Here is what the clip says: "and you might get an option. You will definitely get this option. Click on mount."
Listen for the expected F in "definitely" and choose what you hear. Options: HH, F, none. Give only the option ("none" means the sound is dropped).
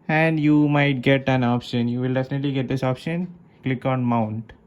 F